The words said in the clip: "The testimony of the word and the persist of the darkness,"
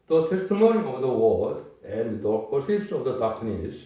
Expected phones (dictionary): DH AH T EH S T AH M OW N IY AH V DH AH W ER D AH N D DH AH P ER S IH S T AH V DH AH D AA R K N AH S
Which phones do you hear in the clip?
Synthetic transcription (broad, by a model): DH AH T EH S T AH M OW N IY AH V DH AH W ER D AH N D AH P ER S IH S AH V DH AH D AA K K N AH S